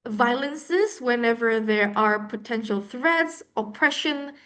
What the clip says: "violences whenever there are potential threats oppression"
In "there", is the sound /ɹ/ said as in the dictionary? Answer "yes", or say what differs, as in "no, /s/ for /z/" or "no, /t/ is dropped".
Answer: yes